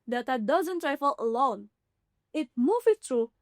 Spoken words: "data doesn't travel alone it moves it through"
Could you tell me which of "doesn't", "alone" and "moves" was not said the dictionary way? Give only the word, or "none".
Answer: moves